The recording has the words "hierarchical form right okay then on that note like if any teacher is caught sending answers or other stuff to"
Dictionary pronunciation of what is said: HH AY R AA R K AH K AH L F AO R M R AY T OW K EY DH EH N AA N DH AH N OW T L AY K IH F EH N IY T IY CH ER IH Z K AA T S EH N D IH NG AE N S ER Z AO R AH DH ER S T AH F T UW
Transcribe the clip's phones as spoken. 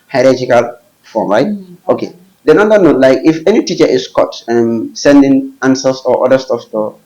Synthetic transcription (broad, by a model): HH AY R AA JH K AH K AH L F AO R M R AY T OW K EY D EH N AA N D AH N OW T L AY K IH F EH N IY T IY CH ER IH S K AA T S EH N D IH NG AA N S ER S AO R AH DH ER S T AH F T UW